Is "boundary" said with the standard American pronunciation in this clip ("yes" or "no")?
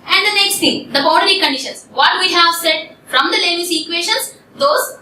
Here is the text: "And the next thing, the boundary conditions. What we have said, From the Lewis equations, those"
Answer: no